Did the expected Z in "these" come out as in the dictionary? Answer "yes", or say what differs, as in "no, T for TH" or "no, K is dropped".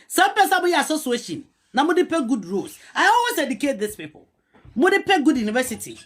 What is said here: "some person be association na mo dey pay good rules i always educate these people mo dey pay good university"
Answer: no, S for Z